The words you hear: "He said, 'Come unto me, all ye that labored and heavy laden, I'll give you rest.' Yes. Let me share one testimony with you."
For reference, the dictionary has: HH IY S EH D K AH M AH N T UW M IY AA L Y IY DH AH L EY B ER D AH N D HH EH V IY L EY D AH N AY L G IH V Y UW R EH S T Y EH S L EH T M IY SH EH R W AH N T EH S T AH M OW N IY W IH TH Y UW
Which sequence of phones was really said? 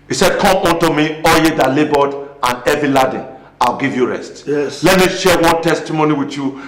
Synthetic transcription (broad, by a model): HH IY S EH D K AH M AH N T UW M IY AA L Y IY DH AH L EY B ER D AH N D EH V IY L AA D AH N AY L G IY V Y UW R EH S T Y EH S L EH T M IY SH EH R W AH N T EH S T AH M OW N IY W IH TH Y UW